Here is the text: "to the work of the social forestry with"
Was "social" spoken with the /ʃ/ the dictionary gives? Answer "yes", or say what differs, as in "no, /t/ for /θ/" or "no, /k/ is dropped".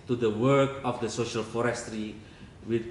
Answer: yes